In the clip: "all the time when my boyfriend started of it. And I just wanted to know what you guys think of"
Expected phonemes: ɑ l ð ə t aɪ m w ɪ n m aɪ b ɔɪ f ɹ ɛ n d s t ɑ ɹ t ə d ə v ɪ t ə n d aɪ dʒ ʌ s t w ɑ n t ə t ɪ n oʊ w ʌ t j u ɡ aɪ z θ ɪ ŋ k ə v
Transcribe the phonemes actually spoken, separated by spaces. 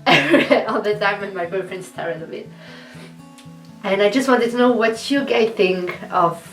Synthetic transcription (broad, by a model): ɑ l ð ə t aɪ m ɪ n m aɪ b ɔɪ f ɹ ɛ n s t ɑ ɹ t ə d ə b ɪ t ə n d aɪ dʒ ʌ s t w ɑ n t ə t ɪ n oʊ w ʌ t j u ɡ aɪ θ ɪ ŋ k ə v